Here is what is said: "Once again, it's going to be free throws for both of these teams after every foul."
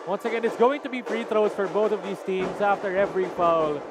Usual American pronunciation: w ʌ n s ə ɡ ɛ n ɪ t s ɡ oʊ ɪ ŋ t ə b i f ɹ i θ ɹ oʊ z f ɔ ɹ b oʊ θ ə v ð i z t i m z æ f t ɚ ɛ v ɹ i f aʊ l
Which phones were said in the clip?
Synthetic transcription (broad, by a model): w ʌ n s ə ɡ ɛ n ɪ t s ɡ oʊ ɪ ŋ t ə b i p ɹ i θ ɹ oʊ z f ɔ ɹ b oʊ θ ə v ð i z t i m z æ f t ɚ ɛ v ɹ i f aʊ l